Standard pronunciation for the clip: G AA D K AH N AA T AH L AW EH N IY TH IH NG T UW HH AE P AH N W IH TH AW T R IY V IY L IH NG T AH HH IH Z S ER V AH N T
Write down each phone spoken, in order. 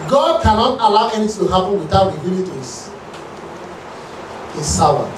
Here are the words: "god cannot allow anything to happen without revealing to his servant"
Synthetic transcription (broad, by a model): G AA D K AH N AA T AH L AW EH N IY T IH T UW HH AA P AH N W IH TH AW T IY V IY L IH T AH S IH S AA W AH